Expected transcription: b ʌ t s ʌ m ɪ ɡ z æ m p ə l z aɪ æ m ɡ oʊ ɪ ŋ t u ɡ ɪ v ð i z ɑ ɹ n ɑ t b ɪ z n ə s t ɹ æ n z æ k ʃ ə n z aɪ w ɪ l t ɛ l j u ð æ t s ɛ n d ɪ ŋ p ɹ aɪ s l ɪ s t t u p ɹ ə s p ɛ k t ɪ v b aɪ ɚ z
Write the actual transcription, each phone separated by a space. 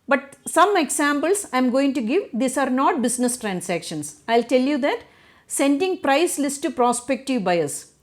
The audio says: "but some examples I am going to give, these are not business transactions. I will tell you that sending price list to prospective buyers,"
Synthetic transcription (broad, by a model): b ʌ t s ʌ m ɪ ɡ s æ m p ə l s aɪ m ɡ oʊ ɪ ŋ t u ɡ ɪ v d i s ɑ ɹ n ɑ t b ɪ s n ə s t ɹ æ n s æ k ʃ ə n s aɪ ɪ l t ɛ l j u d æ t s ɛ n d ɪ ŋ p ɹ aɪ s l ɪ s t t u p ɹ ə s p ɛ k t ɪ v b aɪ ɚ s